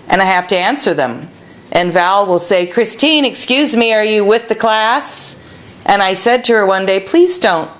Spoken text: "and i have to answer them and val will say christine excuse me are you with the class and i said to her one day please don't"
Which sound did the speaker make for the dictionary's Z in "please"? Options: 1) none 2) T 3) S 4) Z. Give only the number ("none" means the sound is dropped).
4